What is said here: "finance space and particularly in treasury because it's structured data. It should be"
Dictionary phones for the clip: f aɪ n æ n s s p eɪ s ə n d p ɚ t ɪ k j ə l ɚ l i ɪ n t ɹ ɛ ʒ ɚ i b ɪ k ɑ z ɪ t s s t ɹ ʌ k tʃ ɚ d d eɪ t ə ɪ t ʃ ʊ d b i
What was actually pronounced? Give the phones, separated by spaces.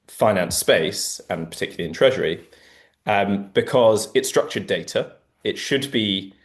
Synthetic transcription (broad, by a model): f aɪ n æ n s s p eɪ s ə n p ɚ t ɪ k j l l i ɪ n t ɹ ɛ ʒ ɚ i b ɪ k ɑ z ɪ t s s t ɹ ʌ k tʃ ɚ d d eɪ t ə ɪ t ʃ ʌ d b i